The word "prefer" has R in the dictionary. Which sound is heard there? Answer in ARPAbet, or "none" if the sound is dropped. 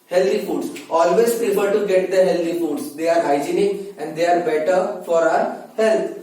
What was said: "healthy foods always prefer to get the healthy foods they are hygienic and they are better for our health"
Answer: none